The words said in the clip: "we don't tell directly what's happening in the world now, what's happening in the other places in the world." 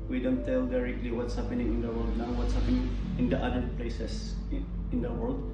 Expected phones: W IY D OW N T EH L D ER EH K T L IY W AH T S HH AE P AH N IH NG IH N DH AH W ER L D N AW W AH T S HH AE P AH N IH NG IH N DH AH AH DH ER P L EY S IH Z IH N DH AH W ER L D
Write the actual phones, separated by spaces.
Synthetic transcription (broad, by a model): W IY D OW N T EH L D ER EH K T L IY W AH T S HH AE P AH N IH NG IH N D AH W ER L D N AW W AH T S HH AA P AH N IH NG IH N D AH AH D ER P L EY S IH S IH N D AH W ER L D